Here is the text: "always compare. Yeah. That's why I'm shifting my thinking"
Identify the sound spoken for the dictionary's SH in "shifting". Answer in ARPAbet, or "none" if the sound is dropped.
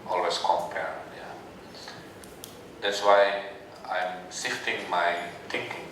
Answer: S